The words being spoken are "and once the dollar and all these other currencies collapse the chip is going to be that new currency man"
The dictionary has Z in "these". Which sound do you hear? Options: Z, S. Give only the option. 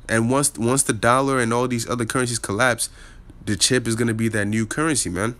Z